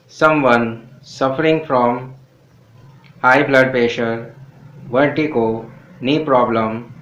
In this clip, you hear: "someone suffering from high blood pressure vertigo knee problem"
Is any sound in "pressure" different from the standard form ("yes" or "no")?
yes